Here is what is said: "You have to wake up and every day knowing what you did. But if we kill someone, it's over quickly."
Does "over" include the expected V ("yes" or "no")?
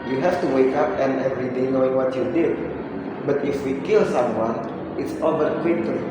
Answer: no